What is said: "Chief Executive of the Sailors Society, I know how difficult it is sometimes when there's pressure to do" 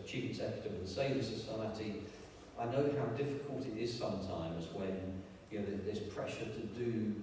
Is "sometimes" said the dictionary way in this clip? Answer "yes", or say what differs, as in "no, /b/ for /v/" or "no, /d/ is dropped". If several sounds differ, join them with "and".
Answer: yes